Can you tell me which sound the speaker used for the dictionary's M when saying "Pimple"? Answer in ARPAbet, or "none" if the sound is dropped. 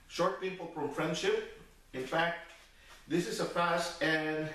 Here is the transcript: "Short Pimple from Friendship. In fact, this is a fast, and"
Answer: none